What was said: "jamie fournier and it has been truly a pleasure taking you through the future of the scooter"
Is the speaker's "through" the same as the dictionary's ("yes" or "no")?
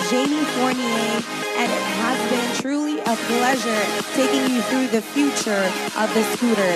yes